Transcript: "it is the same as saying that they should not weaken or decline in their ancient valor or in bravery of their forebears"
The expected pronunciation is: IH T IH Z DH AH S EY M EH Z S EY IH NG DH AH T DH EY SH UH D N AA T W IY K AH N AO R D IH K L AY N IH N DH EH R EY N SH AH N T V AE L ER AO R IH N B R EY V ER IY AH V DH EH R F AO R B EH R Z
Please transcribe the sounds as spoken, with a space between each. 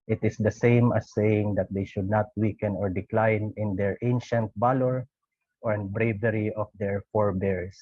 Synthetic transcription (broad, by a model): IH T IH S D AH S EY M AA S EY IH NG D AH T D EY SH UH D N AA T W IY K AH N AO R D IH K L AY N IH N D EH R EY N SH AH N T B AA L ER AO R IH N B R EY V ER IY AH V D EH R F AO R B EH R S